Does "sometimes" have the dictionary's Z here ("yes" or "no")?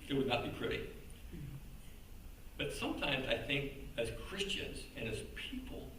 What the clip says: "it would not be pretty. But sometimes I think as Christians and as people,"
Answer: yes